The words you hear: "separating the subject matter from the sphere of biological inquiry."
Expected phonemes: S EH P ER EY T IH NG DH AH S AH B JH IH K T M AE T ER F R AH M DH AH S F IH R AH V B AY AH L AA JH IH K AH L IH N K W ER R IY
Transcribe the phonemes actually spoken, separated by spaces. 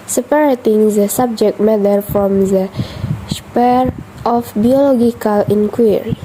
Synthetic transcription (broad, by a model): S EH P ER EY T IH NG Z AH S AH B JH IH K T M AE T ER F R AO M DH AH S P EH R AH F B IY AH L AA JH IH K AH L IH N K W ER R IY